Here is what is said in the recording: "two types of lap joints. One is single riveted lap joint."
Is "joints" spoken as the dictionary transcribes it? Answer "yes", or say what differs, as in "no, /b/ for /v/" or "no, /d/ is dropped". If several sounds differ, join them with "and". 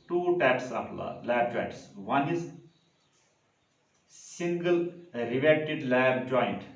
no, /n/ is dropped